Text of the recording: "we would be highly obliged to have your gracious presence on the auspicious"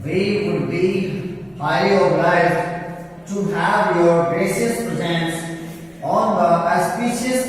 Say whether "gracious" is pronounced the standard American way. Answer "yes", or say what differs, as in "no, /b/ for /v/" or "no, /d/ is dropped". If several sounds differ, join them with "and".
no, /s/ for /ʃ/